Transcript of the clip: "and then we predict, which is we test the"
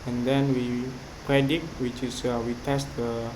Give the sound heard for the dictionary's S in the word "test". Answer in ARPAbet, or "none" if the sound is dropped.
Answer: S